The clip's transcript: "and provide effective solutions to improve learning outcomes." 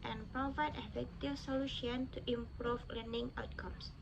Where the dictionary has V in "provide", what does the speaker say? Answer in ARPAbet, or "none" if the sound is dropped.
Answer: V